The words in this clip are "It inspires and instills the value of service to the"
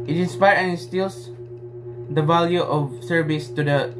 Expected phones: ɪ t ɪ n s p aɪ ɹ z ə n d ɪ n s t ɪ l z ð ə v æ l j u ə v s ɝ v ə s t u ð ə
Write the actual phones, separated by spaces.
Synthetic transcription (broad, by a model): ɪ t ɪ n s p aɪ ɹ ə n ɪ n s t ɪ l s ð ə v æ l j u ə v s ɝ v ə s t u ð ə